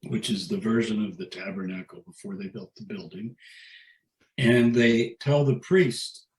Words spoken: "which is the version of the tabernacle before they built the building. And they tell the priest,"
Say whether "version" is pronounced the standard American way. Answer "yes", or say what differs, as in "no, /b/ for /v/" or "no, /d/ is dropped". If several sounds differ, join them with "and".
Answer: yes